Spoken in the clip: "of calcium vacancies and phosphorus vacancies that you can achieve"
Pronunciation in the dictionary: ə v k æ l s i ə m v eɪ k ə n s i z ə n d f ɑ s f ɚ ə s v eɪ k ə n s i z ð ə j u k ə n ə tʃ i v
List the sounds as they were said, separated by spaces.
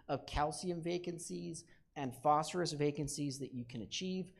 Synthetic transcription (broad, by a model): ə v k æ l s i ə m v eɪ k ə n s i z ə n f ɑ s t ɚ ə s v eɪ k ə n s i z ð ə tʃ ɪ k ə n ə tʃ i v